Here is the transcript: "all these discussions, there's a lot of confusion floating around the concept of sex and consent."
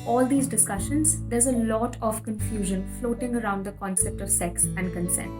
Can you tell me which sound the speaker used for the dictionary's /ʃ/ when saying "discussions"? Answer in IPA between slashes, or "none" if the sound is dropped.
/ʃ/